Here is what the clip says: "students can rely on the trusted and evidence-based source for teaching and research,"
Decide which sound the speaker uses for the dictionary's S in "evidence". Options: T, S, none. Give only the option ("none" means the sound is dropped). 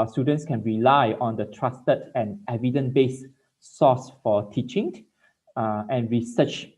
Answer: none